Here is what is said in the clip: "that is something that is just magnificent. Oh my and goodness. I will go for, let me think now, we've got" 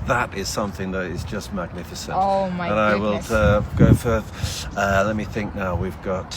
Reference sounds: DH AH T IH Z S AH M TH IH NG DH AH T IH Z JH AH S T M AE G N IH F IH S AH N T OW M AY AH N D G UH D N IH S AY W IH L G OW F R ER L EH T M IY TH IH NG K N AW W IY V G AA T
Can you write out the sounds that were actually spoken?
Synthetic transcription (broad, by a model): DH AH T IH Z S AH M TH IH NG DH AH T IH Z JH AH S T M AE G N IH F IH S AH N T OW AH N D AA IH W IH L G OW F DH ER L EH T M IY TH IH NG K N AW W IY V G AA T